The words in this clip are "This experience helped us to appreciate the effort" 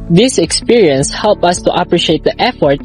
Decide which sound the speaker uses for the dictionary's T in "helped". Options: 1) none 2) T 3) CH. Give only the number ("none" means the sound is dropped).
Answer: 1